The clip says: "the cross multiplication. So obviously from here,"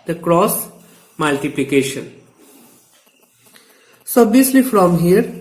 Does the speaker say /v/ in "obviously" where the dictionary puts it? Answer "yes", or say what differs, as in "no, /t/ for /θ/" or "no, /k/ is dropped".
no, /v/ is dropped